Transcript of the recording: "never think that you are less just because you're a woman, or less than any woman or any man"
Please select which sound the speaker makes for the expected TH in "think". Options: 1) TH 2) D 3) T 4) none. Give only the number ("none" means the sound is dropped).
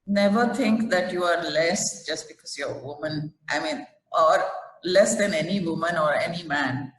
3